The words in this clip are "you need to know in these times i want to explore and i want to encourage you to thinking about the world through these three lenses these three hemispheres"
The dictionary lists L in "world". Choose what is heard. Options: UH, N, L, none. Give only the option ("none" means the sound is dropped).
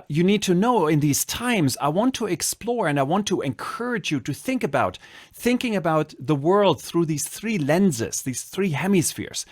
L